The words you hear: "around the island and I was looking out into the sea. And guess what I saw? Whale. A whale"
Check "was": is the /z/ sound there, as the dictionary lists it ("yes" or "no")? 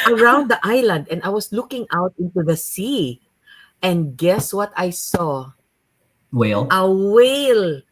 no